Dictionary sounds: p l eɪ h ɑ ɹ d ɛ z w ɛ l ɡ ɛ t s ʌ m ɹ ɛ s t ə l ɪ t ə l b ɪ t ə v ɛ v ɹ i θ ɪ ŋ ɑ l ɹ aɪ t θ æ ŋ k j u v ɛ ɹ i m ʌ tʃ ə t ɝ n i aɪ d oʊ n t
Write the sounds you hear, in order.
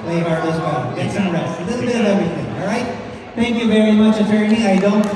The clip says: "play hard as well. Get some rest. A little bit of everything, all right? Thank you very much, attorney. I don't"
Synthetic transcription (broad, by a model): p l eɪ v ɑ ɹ ɔ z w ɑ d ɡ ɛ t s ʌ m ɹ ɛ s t ə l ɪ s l b ɪ t ə v ɛ v ɹ i θ ɪ ŋ ɑ l ɹ aɪ t θ æ ŋ k j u v ɛ ɹ i m ʌ tʃ ə t ɝ n i aɪ d oʊ n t